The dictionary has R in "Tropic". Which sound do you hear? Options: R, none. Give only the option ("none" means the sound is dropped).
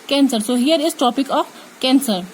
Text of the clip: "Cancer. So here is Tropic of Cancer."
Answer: none